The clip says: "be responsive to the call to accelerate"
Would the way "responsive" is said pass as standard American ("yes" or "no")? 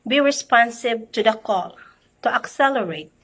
no